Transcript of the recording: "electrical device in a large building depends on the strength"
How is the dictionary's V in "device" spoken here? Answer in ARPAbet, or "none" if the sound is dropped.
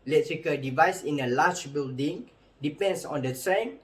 V